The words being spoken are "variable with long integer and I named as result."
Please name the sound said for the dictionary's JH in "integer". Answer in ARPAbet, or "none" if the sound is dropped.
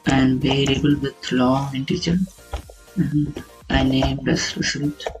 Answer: CH